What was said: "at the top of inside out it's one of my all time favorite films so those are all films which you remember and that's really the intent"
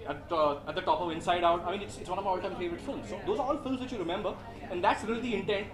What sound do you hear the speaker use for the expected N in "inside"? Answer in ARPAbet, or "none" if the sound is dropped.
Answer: N